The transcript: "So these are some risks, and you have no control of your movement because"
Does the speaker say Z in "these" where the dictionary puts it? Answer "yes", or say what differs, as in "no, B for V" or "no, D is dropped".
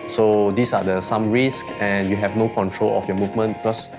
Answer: no, S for Z